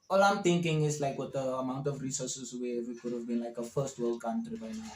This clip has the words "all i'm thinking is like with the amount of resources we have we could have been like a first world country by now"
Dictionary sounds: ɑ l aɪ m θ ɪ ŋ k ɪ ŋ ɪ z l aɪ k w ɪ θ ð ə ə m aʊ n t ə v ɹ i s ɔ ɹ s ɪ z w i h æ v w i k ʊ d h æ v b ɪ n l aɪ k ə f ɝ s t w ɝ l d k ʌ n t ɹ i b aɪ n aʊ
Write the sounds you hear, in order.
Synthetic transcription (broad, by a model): ɑ l aɪ m t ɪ ŋ k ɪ ŋ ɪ s l aɪ k w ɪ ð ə ə m aʊ n t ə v ɹ i s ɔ s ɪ s w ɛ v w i k ʊ d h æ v b ɪ n l aɪ k ə f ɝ s t w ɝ l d k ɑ n t ɹ i b aɪ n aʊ